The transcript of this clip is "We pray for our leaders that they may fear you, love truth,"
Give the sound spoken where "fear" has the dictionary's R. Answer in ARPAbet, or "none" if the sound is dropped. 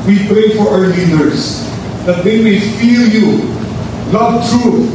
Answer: L